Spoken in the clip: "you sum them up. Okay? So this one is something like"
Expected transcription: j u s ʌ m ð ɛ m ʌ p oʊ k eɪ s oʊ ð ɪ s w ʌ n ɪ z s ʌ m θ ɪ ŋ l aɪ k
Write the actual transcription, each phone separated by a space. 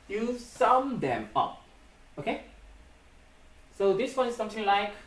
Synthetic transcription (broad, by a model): j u s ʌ m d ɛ m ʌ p oʊ k eɪ s oʊ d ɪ s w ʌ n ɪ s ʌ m t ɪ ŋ l aɪ k